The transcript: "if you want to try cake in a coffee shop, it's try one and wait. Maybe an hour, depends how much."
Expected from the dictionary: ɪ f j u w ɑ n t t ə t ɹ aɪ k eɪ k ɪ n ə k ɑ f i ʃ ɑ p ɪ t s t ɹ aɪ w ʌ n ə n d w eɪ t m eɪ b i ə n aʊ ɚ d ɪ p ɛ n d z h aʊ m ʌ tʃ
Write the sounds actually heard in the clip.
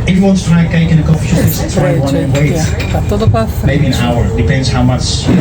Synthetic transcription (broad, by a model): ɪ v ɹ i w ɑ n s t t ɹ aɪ k eɪ k ɪ n ə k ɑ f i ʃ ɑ ɪ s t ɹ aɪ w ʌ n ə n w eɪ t m eɪ b i ə n aʊ ɚ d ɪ p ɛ n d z h aʊ m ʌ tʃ